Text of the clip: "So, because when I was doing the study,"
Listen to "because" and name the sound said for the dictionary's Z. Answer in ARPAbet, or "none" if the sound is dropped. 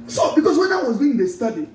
S